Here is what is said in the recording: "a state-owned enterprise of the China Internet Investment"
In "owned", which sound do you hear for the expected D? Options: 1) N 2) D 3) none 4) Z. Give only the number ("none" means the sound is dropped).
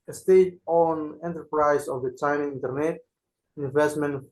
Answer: 3